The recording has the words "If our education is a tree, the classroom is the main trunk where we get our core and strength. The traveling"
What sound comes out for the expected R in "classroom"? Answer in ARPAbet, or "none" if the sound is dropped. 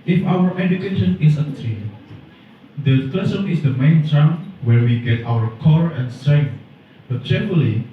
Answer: none